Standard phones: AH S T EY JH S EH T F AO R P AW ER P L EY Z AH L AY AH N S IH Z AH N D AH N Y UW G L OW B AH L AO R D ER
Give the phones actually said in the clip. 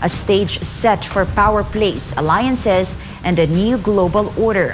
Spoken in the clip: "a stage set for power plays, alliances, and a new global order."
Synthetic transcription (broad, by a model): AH S T EY JH S EH T F AO R P AW ER P L EY S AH L AY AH N S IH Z AH N D AH N Y UW G L OW B AH L AO R D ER